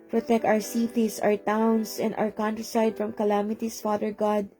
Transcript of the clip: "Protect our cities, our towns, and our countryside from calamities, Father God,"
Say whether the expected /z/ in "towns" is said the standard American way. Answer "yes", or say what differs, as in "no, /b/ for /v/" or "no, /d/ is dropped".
no, /s/ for /z/